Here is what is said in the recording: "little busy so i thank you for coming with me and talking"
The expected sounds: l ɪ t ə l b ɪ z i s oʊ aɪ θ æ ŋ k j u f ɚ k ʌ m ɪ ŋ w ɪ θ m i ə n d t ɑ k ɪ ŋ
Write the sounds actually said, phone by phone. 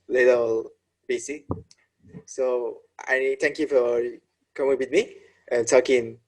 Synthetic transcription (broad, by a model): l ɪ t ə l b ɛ s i s oʊ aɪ t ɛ ŋ k j u f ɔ k ʌ m ɪ ŋ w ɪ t m i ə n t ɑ k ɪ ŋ